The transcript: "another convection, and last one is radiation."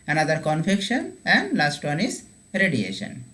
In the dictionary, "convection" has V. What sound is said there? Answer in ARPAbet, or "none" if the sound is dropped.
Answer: F